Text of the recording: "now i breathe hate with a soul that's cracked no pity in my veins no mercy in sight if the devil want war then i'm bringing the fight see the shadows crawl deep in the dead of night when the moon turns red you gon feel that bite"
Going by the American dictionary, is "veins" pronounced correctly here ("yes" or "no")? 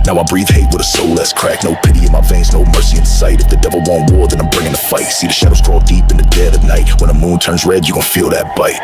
no